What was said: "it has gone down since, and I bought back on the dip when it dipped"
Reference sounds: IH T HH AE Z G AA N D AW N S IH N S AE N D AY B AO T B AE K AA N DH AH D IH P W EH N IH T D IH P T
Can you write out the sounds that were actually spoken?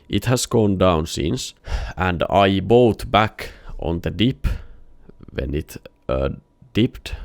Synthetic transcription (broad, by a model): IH T HH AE S G AA N D AW N S IH N S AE N D AY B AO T B AE K AA N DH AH D IH P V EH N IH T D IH P T